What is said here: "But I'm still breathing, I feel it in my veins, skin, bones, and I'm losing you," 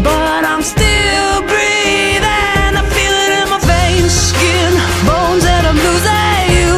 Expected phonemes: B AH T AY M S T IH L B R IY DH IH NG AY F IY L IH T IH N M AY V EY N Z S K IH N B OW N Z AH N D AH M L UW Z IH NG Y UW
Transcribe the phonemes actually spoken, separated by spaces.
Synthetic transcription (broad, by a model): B AH T AY M S T IH L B R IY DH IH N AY F IY L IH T IH N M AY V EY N S K IH N B OW N Z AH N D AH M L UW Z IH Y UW